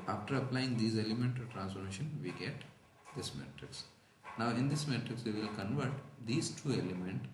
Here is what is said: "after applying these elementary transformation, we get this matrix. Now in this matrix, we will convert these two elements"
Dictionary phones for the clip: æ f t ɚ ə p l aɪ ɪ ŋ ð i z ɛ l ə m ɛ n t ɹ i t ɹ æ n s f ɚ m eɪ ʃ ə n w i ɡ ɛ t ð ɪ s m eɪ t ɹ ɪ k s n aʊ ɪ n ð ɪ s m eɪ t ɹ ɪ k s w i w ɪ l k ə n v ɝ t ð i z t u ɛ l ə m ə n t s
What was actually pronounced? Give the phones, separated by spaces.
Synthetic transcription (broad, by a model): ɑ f t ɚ ə p l aɪ ɪ ŋ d i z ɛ l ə m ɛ n t i t ɹ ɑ n s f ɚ m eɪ ʃ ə n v i ɡ ɛ t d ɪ s m eɪ t ɹ ɪ k s n aʊ ɪ n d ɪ s m eɪ t ɹ ɪ k s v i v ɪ l k ə n v ɝ t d i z t u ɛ l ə m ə n t